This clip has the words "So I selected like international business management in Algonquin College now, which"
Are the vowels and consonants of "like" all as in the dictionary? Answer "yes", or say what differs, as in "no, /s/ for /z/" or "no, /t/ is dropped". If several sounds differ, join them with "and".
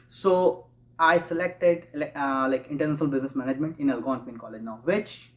yes